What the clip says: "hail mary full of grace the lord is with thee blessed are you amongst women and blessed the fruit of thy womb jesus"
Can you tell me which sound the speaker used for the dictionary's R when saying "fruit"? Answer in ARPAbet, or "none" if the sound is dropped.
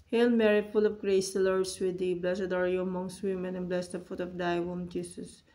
none